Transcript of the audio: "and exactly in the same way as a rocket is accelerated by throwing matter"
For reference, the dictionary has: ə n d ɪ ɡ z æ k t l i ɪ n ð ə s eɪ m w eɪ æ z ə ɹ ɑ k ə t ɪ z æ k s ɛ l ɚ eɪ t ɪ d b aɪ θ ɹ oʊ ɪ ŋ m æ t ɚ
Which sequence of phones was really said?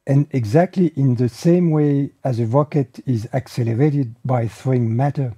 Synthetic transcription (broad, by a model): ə n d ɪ ɡ z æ k t l i ɪ n ð ə s eɪ m w eɪ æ z ə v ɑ k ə t ɪ z æ k s ɛ l ɚ eɪ t ɪ d b aɪ θ ɹ oʊ ɪ ŋ m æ t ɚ